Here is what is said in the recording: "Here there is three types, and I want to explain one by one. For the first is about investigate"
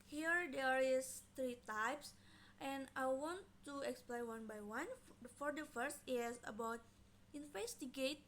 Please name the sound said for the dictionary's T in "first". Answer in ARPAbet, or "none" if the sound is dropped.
T